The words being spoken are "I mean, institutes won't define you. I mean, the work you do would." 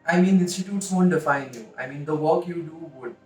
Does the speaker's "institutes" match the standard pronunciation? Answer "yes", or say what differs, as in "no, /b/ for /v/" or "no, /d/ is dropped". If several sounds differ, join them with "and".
no, /n/ is dropped